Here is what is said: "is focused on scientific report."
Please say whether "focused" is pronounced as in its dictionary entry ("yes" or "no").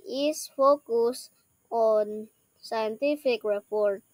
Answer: no